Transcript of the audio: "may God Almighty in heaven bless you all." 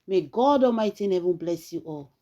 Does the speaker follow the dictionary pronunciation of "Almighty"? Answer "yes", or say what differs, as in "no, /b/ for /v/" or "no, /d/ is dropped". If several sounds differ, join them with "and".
no, /l/ is dropped